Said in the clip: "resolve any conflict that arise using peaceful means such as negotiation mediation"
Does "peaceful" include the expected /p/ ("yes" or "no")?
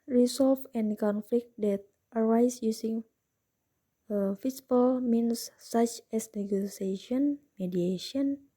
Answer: no